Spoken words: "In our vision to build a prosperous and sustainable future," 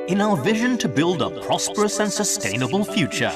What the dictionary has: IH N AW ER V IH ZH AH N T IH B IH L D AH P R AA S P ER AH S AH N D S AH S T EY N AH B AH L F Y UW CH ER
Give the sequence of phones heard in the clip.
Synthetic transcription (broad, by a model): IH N AW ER V IH ZH AH N T IH B IH L D AH P R AA S P ER AH S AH N S AH S T EY N AH B AH L F Y UW CH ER